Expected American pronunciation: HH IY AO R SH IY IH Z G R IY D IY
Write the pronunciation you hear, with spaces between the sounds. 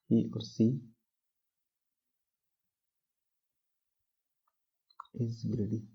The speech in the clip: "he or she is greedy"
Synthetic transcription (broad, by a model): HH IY AO R S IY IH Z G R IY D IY